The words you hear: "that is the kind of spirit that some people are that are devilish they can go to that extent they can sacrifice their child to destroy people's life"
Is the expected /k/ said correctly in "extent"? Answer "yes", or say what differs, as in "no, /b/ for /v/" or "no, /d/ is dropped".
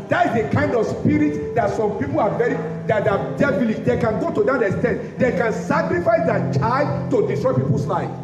no, /k/ is dropped